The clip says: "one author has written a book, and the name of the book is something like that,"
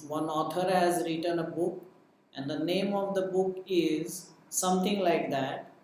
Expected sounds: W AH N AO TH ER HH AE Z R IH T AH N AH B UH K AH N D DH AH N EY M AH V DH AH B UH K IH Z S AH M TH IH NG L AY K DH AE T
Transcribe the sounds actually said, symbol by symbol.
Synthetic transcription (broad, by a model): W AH N AO T ER HH AE Z R IH T AH N AH B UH K AH N D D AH N EY M AH V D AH B UH K IH Z S AH M T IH NG L AY K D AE T